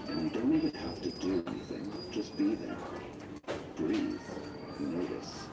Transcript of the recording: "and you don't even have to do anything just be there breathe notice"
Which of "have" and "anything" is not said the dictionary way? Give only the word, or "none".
have